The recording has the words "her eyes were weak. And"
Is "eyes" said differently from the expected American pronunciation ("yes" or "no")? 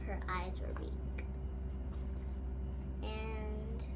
no